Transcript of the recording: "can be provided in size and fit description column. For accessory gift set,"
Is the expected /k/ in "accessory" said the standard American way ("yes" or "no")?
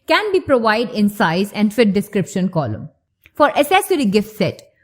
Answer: no